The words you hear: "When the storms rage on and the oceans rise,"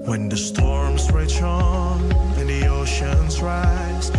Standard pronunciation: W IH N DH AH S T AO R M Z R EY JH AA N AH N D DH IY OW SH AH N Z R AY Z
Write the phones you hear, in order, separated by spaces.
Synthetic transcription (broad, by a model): W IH N DH AH S T AO R M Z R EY CH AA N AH N DH IY OW SH AH N Z R AY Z